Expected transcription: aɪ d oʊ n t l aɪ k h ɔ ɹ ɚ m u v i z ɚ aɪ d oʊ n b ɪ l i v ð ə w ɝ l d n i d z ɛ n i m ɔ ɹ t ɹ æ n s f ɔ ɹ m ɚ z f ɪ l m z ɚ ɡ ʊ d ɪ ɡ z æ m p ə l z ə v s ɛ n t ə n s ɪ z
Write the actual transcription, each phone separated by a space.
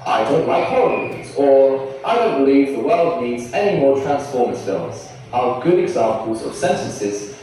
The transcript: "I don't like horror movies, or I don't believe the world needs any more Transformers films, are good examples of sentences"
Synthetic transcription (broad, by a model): aɪ d oʊ n t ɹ aɪ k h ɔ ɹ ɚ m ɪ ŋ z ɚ aɪ d oʊ n b ɪ l i v ð ə w ɝ l d n i d z ɛ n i m ɔ ɹ t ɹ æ n s f ɔ ɹ m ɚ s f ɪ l z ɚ ɡ ʊ d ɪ ɡ z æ m p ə l z ə v s ɛ n t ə n s ɪ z